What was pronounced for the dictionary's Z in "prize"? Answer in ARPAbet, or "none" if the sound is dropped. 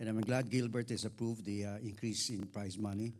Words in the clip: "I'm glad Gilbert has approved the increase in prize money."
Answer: S